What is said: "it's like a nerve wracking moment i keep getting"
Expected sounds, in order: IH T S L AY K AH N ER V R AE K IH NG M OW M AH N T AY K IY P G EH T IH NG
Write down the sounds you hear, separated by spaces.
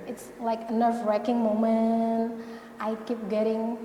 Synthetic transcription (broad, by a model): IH T S L AY K AH N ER F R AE K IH NG M OW M AH N T AY K IY P G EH T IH NG